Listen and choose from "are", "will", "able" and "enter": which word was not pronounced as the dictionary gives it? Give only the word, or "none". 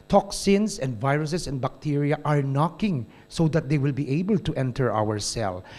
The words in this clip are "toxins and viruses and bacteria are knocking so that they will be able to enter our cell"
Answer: none